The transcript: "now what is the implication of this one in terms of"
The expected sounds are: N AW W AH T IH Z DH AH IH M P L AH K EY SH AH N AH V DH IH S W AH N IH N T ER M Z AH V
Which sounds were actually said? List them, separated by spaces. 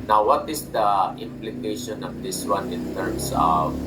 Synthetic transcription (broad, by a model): N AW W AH T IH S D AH IH M P L AH K EY SH AH N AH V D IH S W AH N IH N T ER M S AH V